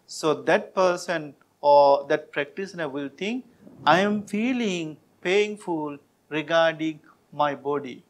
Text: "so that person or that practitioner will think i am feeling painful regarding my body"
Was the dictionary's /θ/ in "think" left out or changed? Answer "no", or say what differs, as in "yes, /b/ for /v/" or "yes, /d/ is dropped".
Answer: yes, /t/ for /θ/